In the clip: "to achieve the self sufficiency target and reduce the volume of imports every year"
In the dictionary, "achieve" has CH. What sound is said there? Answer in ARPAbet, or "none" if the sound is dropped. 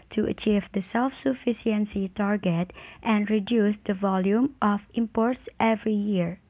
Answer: CH